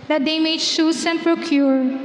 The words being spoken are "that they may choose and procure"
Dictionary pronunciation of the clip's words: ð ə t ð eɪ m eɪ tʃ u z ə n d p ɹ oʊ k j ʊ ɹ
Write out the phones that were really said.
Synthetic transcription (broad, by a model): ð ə t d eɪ m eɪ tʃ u s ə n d p ɹ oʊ k j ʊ ɹ